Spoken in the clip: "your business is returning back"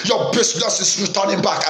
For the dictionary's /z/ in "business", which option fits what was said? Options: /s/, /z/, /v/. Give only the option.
/s/